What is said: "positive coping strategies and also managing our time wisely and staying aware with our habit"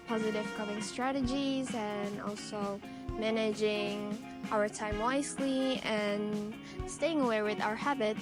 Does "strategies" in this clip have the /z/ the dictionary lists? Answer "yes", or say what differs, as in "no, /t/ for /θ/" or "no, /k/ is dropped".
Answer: yes